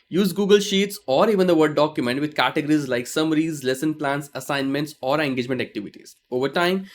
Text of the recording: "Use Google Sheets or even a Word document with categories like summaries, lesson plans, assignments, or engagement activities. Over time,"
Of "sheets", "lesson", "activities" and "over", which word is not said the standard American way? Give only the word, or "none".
none